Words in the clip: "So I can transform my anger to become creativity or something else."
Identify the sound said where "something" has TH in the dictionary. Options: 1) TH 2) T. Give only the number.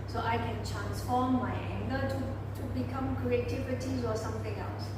2